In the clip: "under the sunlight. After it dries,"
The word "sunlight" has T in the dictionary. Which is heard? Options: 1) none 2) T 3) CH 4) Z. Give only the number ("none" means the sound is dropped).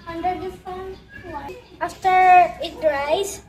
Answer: 1